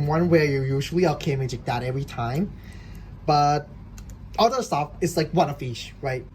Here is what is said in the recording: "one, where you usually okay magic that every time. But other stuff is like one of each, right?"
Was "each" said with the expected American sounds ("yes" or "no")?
no